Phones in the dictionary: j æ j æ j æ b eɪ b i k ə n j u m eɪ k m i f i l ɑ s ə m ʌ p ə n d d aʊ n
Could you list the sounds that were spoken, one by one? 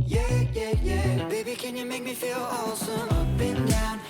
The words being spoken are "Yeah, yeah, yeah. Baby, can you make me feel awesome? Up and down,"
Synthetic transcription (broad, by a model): j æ j æ j æ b eɪ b i k ə n j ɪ m eɪ k m i f i l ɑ s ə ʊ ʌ b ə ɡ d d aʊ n